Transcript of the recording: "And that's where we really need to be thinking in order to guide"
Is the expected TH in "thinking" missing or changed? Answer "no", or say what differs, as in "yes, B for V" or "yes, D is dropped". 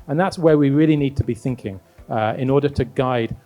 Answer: no